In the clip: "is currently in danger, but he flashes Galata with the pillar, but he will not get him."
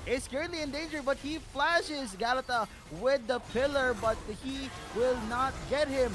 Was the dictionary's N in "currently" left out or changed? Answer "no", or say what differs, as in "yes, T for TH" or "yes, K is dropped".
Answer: yes, N is dropped